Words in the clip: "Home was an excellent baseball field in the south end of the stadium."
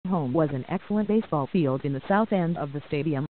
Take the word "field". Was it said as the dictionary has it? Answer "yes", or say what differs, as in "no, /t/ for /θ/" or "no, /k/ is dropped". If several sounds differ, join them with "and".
yes